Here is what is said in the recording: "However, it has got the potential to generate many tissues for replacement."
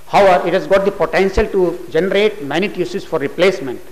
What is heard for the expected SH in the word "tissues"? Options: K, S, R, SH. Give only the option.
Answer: S